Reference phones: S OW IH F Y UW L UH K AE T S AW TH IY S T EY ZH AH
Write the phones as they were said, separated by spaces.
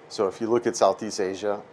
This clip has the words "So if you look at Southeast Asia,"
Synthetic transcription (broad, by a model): S OW IH F Y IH L UH K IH T S AW TH IY S T EY ZH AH